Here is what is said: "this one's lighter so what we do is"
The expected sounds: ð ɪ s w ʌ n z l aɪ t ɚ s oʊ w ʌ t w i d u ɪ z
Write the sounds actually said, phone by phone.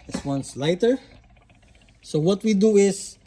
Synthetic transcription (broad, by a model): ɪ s w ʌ n s l aɪ t ɚ s oʊ w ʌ t w i d u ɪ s